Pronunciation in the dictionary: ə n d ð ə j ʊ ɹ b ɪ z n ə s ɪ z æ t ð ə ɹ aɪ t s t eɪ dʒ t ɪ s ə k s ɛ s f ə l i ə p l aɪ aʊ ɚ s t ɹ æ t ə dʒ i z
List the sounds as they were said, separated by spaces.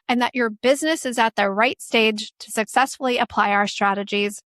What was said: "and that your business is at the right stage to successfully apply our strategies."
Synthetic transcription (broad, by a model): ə n ð ə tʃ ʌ ɹ b ɪ z n ə s ɪ z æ t ð ə ɹ aɪ t s t eɪ dʒ t ɪ s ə k s ɛ s f l i ə p l aɪ aʊ ɚ s t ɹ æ t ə dʒ i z